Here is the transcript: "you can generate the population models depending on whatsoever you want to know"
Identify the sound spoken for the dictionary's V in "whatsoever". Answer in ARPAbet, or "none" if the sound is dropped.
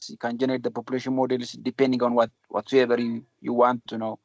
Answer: B